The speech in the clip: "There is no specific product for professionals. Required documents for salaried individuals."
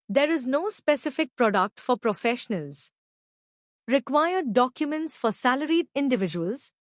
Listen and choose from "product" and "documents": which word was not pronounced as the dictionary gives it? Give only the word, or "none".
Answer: none